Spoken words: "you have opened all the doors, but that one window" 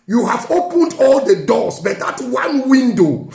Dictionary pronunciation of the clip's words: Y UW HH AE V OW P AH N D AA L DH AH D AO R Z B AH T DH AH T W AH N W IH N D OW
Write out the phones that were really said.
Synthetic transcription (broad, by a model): Y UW HH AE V OW P AH N D AA L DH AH D AO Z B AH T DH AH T W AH N W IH N D OW